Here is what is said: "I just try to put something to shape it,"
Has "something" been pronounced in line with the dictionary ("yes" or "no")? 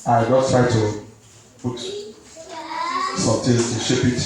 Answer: no